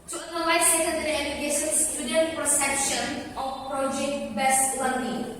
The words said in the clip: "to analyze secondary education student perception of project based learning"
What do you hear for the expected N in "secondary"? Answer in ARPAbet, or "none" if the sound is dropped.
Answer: none